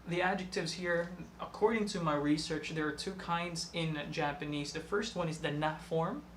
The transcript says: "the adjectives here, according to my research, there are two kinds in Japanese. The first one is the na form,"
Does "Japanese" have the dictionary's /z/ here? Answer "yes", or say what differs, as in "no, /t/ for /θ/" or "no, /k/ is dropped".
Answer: yes